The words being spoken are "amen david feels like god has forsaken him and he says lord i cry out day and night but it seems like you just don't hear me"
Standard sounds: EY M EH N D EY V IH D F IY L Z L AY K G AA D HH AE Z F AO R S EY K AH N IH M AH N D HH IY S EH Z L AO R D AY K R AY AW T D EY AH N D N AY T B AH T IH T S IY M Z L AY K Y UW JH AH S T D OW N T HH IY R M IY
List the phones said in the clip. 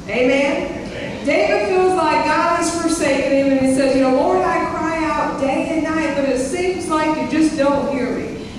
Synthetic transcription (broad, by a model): EY M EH N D EY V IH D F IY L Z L AY G AA D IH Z F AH R S EY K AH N IH M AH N IY S EH Z N AO W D AY K R AY AW T D EY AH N N AY T B AH T IH T S IY M Z L AY K Y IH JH AH S D OW N T HH IY R M IY